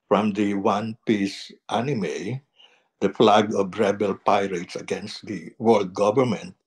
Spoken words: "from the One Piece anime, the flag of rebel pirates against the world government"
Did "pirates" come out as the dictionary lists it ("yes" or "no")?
yes